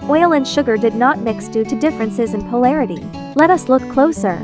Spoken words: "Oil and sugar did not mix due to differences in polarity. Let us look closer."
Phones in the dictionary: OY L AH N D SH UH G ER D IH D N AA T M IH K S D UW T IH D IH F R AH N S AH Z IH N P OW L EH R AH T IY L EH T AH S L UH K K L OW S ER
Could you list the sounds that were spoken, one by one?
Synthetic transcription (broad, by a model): OY L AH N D SH UH G ER D IH D N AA T M IH K S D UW T IH D IH F R AH N S AH Z IH N P OW L EH R AH T IY L EH T AH S L UH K K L OW S ER